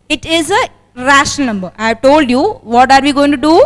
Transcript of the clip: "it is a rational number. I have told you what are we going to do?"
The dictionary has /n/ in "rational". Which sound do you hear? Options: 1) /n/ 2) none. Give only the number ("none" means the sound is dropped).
2